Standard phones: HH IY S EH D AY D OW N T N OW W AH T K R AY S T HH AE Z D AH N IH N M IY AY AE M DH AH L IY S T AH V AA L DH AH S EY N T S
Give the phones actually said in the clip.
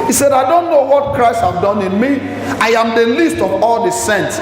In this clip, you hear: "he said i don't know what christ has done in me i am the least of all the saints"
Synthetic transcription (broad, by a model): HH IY S EH D AY D OW N T N OW W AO T K R AY S T HH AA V D AH N IH N M IY AY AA M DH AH L IY S T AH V AA L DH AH S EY N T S